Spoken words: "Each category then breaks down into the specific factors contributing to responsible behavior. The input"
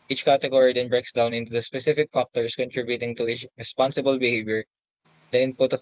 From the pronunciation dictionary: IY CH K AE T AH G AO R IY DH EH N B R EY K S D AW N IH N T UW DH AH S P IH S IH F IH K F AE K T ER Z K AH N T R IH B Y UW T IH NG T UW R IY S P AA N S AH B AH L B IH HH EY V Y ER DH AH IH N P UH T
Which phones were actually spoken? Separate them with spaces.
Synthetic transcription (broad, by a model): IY CH K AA T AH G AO R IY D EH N B R EY K S D AW N IH N T UW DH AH S P IH S IH F IH K F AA K T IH S K AH N T R IH B Y UW T IH NG T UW R IY S P AA N S AH B AH L B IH HH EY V Y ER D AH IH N P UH T